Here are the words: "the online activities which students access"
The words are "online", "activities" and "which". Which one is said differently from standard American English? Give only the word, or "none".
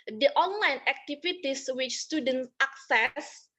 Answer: activities